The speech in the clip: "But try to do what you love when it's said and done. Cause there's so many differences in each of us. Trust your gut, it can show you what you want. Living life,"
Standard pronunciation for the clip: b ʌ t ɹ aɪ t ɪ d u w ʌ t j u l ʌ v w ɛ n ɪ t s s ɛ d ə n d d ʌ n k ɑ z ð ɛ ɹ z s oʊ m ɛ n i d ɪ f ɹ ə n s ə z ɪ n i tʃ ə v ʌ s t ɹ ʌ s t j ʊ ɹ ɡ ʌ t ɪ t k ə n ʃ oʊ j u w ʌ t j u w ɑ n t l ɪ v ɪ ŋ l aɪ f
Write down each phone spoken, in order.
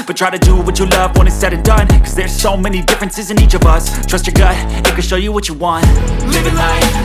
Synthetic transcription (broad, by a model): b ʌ t ɹ aɪ t ɪ d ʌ w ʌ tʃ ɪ l ʌ v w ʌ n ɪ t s s ɛ d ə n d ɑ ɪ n k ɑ z ð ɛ ɹ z s oʊ m ɛ n i d ɪ f ɹ ə n s ə z ɪ n i tʃ ə v ʌ s t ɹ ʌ s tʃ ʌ ɹ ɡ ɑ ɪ ɪ t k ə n ʃ oʊ j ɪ w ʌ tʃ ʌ w ɑ n t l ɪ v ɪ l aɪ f